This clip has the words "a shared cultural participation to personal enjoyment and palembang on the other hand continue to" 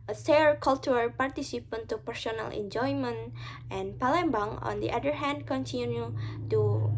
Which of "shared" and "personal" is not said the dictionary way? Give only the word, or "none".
shared